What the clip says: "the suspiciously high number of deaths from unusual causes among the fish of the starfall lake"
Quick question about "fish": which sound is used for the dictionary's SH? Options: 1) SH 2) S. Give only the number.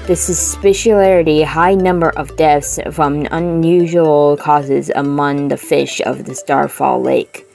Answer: 1